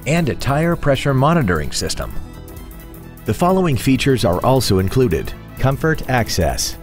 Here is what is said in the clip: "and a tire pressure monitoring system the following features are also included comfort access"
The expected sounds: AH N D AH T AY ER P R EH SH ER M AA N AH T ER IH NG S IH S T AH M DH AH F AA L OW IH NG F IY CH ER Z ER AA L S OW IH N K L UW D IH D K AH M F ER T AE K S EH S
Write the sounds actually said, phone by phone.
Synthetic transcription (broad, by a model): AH N D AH T AY ER P R EH SH ER M AA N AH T ER IH NG S IH S T AH M DH AH F AA L OW IH NG F IY CH ER Z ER AA L S OW IH N K L UW D IH D K AH M F ER T AE K S EH S